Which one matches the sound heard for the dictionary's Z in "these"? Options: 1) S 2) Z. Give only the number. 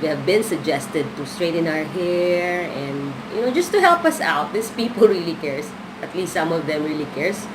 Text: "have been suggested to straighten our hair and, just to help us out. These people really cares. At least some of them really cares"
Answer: 1